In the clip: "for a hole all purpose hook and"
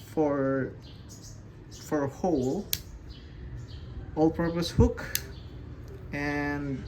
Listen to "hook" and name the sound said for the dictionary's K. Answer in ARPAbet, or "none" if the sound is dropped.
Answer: K